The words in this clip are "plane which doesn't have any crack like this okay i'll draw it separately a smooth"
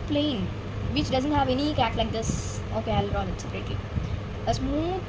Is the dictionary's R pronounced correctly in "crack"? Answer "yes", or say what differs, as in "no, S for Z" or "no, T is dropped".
no, R is dropped